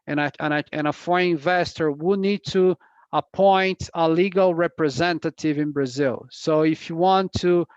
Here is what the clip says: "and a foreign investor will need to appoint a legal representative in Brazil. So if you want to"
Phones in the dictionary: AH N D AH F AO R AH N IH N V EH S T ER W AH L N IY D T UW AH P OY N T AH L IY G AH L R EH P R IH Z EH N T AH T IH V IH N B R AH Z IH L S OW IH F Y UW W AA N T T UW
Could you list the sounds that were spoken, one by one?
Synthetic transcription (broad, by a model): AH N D AH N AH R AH IH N V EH S T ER W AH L N IY D T UW AH P OY N T AH L IY G AH L R EH P R IH Z EH N T AH T IH V IH N B R AH Z IH L S OW IH F Y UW W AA N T T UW